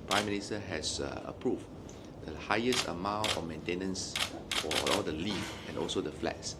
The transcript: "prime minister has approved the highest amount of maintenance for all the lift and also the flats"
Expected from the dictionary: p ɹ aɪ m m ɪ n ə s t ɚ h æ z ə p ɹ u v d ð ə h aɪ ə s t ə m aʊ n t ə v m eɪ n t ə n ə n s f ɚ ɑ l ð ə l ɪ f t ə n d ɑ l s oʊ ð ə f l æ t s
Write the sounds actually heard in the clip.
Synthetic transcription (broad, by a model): p ɹ aɪ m m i n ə s t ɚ h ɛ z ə p ɹ u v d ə h aɪ ə s t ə m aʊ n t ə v m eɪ n t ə n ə n s f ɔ ɑ l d ə l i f ə n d ɑ l s oʊ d ə f l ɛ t s